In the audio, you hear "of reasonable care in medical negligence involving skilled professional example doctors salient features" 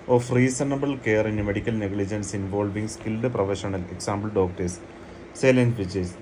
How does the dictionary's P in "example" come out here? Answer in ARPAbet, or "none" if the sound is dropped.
B